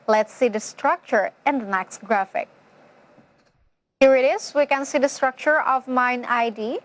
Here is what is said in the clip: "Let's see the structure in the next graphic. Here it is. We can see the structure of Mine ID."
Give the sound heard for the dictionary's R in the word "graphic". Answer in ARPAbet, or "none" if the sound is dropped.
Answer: R